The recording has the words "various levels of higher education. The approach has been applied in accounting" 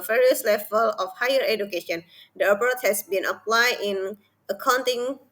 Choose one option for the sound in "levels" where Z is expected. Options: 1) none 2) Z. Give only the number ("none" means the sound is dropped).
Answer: 1